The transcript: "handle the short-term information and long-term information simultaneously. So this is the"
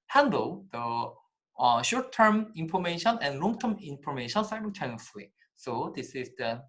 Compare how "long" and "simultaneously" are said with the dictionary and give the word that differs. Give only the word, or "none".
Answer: simultaneously